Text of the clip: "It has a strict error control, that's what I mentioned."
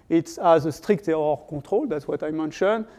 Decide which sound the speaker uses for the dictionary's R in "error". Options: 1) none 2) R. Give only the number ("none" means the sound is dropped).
1